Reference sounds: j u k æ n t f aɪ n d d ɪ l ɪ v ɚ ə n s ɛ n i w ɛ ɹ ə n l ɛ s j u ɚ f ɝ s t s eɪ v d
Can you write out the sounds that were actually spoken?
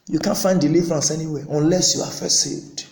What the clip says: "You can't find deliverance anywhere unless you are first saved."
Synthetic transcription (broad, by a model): j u k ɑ n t f aɪ n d d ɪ l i v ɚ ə n s ɛ n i w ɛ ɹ ə n l ɛ s j u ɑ f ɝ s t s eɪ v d